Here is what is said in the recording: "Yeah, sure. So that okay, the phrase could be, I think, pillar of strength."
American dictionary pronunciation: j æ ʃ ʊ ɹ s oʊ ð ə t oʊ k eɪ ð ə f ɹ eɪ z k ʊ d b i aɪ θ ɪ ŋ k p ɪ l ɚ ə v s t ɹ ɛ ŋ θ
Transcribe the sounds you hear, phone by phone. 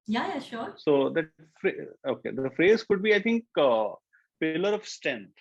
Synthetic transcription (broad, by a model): j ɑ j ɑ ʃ s oʊ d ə t oʊ k eɪ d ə f ɹ eɪ z k ʊ d b i aɪ t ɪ ŋ k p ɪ l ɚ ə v s t ɹ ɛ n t